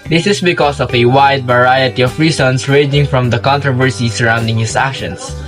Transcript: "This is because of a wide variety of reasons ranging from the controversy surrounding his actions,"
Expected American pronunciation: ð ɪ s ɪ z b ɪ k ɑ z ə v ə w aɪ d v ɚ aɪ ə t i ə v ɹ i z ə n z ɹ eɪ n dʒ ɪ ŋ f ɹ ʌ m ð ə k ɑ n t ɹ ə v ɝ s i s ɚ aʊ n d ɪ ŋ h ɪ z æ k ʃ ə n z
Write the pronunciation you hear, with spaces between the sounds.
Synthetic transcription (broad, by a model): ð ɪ s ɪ s b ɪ k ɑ s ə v ə w aɪ d v ɚ aɪ ə t i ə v ɹ i s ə n s ɹ eɪ dʒ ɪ ŋ f ɹ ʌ m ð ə k ɑ n t ɹ ə v ɝ s i s ɚ aʊ n d ɪ ŋ h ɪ s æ k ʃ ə n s